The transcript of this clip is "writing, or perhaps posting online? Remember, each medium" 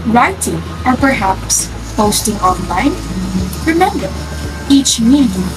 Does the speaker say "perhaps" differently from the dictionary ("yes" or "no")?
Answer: no